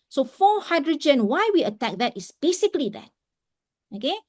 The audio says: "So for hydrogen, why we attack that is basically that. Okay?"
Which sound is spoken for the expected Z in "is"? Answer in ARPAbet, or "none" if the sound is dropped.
S